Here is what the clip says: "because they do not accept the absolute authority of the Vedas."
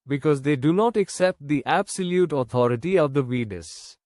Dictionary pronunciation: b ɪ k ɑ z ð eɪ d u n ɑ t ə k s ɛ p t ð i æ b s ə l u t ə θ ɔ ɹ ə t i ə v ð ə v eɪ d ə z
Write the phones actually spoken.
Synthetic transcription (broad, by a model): b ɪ k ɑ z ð eɪ d u n ɑ t ə k s ɛ p t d i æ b s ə l u t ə t ɔ ɹ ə t i ə v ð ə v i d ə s